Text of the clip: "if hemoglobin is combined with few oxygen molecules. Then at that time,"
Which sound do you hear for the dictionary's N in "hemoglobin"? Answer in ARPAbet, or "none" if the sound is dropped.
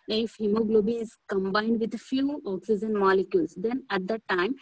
none